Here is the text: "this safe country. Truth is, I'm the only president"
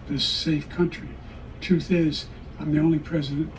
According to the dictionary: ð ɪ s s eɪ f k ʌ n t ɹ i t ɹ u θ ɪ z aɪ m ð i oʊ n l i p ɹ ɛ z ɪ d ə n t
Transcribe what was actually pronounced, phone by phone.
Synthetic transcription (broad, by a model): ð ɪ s s eɪ f k ʌ n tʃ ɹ i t u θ ɪ z aɪ m ð i oʊ n l i p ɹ ɛ z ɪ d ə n